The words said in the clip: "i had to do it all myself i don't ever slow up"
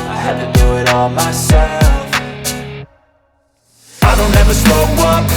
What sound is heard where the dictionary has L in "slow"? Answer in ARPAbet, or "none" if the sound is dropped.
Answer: none